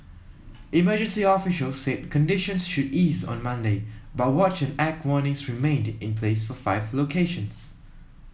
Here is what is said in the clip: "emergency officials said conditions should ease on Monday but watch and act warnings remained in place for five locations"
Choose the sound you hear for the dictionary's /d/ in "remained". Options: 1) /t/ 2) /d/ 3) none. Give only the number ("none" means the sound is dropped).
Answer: 2